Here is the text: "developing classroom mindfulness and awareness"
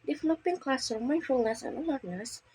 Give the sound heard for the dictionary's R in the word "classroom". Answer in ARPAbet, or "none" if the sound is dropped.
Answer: none